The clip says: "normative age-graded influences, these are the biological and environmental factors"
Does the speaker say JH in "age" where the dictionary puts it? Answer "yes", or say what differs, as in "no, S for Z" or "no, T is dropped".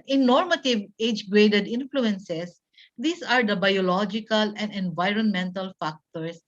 yes